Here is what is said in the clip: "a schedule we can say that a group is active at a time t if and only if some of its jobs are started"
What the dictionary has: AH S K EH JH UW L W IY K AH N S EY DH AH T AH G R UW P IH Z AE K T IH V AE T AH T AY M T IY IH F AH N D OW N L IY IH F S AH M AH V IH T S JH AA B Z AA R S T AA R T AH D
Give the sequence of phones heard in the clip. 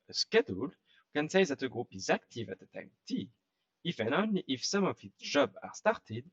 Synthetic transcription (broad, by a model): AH S K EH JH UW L K AH N S EY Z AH T AH G R UW P IH Z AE K T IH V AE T AH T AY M T IY IH F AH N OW N L IY IH F S AH M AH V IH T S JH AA B AA R S T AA R T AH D